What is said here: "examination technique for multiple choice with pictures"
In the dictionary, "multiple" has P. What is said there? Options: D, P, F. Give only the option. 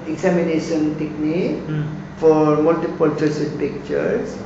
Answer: P